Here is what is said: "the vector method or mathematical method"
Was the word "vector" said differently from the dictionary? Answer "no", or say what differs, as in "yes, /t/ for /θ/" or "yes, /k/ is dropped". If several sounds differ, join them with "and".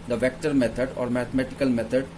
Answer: no